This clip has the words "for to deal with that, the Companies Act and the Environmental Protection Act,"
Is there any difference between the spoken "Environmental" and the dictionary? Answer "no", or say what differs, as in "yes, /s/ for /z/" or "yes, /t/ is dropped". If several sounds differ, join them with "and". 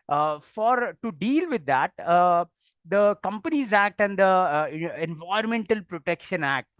yes, /ɹ/ is dropped